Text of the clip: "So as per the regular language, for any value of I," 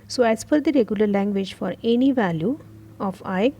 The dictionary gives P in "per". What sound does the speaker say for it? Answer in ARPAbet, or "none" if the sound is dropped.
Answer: F